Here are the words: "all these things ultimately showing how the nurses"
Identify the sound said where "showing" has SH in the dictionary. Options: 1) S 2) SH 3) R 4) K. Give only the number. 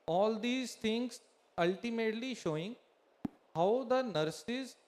2